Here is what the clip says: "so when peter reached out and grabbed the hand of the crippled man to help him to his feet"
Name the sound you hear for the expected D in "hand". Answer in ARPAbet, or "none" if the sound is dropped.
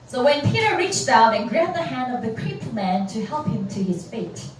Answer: D